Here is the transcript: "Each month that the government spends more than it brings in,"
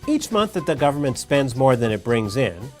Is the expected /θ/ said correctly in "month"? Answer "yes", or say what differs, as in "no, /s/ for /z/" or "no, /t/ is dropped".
yes